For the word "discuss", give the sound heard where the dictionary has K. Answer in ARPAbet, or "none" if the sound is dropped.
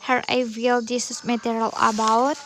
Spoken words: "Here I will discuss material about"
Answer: none